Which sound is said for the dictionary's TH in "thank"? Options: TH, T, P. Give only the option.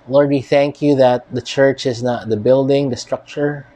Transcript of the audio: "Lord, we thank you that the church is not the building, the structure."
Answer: TH